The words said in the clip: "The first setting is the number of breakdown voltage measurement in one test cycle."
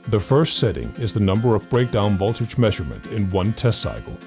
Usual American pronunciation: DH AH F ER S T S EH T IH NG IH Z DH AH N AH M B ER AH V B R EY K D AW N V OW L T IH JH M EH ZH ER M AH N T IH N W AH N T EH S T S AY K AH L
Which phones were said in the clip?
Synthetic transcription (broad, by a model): DH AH F ER S T S EH T IH NG IH Z DH AH N AH M B ER AH V B R EY K D AW N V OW L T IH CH M EH ZH ER M AH N T IH N W AH N T EH S T S AY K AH L